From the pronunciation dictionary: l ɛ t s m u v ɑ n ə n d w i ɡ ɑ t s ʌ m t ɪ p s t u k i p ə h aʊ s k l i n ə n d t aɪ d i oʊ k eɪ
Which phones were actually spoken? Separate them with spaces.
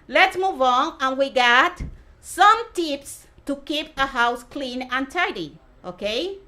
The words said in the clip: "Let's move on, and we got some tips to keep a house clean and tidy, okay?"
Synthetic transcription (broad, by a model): l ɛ t s m u v ɑ n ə n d w i ɡ ɑ t s ʌ m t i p s t u k i p ə h aʊ s k l i n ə n t aɪ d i oʊ k eɪ